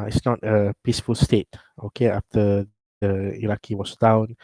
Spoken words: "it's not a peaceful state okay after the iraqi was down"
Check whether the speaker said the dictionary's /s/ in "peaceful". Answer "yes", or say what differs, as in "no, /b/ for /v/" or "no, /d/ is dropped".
yes